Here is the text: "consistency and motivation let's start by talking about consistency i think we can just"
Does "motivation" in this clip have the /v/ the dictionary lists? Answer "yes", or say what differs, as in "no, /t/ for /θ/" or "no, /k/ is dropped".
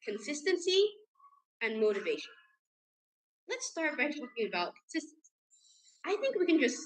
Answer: yes